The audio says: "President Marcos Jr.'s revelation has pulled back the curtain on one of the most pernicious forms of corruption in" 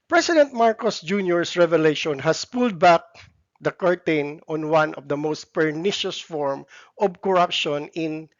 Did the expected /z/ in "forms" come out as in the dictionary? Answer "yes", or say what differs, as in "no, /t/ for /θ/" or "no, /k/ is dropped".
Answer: no, /z/ is dropped